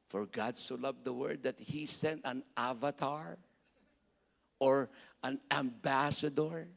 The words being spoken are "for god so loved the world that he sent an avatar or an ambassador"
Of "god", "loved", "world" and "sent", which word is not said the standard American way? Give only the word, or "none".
world